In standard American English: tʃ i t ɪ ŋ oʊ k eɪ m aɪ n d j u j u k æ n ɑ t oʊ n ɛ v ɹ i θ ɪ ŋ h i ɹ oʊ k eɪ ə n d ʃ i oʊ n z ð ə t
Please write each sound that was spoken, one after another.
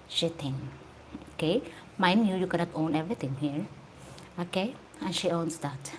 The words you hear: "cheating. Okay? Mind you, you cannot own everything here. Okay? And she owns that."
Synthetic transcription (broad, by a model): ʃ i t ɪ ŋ oʊ k eɪ m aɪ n j u j u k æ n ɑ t oʊ n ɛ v ɹ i t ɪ ŋ h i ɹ oʊ k eɪ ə n ʃ i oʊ n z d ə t